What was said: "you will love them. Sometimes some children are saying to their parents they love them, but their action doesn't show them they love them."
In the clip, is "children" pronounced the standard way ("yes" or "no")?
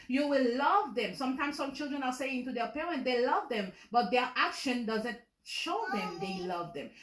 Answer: yes